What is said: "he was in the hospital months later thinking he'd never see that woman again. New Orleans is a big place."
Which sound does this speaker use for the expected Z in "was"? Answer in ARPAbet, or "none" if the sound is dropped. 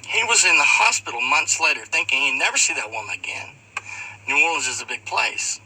Z